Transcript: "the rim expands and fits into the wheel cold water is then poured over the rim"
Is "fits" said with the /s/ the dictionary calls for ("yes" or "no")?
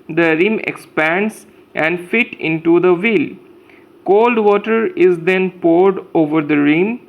no